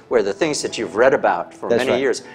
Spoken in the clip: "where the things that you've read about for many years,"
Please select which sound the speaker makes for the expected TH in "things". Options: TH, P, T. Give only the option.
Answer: TH